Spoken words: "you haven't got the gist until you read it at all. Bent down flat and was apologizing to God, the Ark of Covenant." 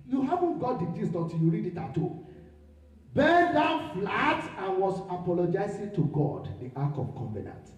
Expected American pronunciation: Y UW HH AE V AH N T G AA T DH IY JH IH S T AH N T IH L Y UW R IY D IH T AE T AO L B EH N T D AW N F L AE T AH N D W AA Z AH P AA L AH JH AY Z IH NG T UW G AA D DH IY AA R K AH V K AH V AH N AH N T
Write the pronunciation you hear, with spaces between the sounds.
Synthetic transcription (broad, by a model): Y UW HH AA V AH N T G AA T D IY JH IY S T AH T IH Y UW R IY D IH T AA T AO B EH D AW N F L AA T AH N W AA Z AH P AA L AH JH AY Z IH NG T UW G AA D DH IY AA K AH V K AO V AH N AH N T